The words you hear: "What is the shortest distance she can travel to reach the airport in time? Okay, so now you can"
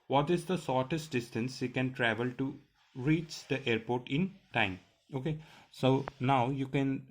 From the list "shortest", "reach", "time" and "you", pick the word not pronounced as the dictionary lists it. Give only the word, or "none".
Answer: shortest